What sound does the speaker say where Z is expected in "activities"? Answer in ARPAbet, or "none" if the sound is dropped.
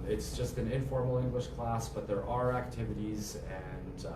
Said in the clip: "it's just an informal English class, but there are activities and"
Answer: Z